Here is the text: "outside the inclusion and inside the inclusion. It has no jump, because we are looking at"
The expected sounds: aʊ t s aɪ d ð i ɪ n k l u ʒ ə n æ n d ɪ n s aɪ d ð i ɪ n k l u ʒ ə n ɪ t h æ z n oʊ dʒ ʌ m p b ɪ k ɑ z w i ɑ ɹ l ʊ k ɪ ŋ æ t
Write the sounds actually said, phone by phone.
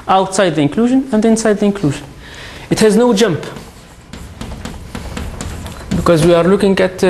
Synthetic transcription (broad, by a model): aʊ t s aɪ d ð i ɪ n k l u ʒ ə n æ n d ɪ n s aɪ d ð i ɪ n k l u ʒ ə n ɪ t h æ z n oʊ dʒ ʌ m p b ɪ k ɑ z w i ɑ ɹ l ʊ k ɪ ŋ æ t